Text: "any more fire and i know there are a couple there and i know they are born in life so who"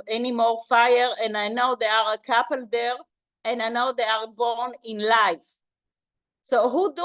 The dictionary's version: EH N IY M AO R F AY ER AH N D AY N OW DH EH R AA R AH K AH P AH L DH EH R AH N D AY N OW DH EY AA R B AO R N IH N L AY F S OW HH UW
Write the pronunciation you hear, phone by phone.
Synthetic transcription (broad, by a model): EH N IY M AO R F AY ER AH N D AY N OW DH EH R AA R AH K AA P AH L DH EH R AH N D AY N OW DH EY AA R B AO R N IH N L AY F S OW HH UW